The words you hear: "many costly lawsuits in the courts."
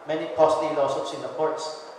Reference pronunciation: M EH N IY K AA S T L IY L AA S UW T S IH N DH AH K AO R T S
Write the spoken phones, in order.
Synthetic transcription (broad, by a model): M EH N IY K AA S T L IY N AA S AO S IH N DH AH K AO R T S